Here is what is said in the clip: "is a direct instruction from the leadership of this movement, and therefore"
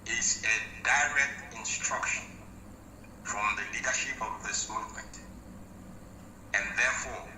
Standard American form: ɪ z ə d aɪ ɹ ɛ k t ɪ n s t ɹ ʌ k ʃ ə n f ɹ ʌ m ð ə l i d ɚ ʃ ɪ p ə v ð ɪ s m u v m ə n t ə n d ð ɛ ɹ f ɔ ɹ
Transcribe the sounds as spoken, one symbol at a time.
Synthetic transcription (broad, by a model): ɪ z ə d aɪ ɹ ɛ k t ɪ n s t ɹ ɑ k ʃ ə n f ɹ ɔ m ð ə l i d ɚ ʃ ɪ p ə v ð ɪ s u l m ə t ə n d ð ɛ f ɔ